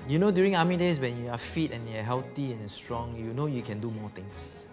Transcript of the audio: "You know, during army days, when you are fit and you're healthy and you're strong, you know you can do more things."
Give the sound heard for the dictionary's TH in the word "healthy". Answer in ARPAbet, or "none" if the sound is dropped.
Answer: T